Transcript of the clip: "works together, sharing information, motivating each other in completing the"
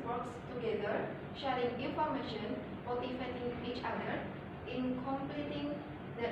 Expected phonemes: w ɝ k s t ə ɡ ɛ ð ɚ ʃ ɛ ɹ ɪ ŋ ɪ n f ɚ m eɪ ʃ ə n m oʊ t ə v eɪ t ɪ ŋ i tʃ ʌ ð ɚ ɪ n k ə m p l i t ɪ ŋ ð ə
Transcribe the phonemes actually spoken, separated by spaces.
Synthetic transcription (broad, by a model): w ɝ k s t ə ɡ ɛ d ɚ ʃ ɛ ɹ ɪ ŋ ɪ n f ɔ m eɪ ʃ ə n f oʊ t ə f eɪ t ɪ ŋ i tʃ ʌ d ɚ ɪ n k ə m p l i t ɪ ŋ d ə